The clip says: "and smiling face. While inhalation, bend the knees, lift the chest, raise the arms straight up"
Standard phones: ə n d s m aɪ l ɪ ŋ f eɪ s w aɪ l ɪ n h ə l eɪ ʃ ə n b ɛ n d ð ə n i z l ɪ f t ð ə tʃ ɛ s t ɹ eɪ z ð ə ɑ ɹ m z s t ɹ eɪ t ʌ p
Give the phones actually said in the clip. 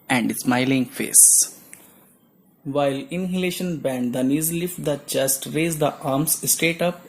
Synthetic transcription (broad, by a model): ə n d s m aɪ l ɪ ŋ f eɪ s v aɪ l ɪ n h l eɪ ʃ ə n b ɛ n d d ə n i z l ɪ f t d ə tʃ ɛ s t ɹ eɪ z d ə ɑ ɹ m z s t eɪ t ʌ p